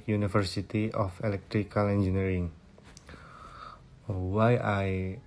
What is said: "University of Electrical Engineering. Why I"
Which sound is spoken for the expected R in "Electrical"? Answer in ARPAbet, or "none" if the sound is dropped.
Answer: R